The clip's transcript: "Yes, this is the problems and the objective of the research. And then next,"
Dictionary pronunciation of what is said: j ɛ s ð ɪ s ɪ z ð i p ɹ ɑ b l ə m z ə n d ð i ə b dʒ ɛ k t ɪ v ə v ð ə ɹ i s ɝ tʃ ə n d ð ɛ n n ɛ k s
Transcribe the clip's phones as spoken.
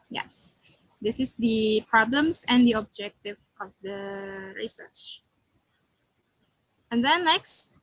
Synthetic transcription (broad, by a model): j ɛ s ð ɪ s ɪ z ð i p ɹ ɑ b l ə m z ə n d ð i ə b dʒ ɛ k t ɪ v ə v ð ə ɹ i s ɝ tʃ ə n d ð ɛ n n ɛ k s